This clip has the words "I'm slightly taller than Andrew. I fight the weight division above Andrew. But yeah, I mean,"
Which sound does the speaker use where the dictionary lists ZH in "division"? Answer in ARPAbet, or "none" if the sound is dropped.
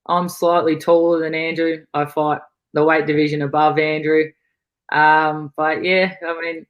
ZH